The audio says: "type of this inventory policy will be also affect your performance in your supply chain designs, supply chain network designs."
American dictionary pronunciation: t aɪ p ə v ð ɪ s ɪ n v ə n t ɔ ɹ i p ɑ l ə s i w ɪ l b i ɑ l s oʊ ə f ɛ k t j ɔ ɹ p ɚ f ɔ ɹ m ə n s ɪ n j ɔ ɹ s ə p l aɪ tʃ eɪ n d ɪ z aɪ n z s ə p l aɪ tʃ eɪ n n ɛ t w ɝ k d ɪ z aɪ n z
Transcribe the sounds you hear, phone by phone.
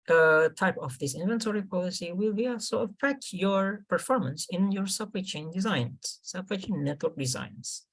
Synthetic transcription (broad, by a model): t aɪ p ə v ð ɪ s ɪ n v ə n t ɔ ɹ i p ɑ l ə s i w ɪ l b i ɑ l s oʊ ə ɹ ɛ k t j ɔ ɹ p ɚ f ɔ ɹ m ə n s ɪ n j ɔ ɹ s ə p w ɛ tʃ eɪ n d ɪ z aɪ n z s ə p w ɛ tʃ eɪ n n ɛ t w ɝ k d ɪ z aɪ n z